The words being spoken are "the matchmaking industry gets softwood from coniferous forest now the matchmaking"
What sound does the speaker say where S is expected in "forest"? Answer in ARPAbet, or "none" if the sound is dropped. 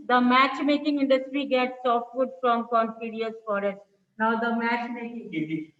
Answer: none